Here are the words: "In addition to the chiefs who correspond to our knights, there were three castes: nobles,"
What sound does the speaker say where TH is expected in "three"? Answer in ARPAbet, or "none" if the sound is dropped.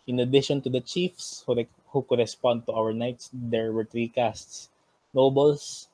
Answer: T